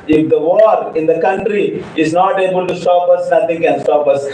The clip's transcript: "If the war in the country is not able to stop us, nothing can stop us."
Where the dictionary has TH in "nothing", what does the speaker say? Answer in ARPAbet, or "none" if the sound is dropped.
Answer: T